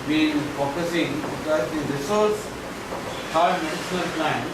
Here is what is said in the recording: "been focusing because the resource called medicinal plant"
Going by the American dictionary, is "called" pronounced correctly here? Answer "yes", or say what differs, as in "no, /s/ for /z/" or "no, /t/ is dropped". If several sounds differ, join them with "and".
no, /l/ is dropped